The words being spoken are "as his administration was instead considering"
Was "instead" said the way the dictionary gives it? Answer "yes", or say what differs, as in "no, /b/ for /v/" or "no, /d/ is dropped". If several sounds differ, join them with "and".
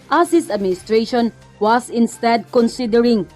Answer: yes